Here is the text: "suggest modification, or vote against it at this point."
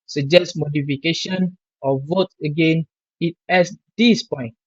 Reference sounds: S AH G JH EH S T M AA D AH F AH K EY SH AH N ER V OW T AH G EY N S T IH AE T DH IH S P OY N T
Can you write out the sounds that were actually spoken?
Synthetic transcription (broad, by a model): S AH JH EH S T M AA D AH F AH K EY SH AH N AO V OW T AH G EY N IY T IH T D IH S P OY N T